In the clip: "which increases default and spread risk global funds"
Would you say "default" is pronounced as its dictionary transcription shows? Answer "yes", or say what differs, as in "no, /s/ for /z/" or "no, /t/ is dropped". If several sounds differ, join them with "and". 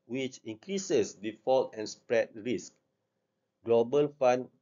yes